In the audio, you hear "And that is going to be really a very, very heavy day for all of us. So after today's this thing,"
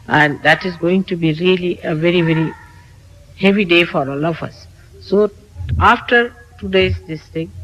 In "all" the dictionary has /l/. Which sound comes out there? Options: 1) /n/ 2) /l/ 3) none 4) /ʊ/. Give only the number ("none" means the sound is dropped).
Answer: 2